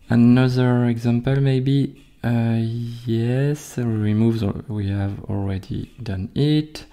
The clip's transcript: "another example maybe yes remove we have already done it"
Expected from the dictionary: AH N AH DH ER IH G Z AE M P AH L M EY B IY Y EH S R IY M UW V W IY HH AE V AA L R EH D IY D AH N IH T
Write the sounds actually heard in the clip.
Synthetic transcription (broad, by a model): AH N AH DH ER IH G Z AE M P AH L M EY B IY Y EH S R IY M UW V W IY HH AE V AA L R EH D IY D AH N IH T